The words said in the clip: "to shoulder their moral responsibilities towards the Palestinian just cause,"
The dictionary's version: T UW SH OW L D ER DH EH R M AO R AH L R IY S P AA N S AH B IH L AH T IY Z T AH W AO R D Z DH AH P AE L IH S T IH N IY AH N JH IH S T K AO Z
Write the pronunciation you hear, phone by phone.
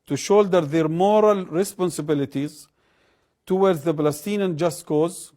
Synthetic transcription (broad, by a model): T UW SH OW L D ER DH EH R M AO R AH L R IY S P AA N S AH B IH L AH T IY Z T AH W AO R D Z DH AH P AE L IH S T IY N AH N JH IH S T K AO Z